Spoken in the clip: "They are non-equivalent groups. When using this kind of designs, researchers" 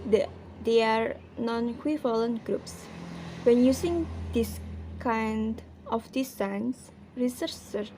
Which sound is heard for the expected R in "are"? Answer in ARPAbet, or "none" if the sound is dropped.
R